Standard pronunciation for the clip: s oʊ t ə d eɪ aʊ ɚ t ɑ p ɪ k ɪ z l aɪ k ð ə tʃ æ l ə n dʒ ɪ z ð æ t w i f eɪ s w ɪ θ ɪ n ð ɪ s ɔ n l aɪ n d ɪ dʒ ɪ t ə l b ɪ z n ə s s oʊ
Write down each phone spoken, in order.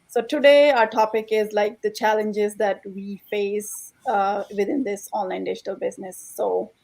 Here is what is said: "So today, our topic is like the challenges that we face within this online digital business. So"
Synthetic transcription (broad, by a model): s oʊ t ə d eɪ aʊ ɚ t ɑ p ɪ k ɪ z l aɪ k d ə tʃ æ l ə n dʒ ɪ z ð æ t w i f eɪ s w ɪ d ɪ n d ɪ s ɔ n l aɪ n d ɪ dʒ ɪ t ə l b ɪ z n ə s s oʊ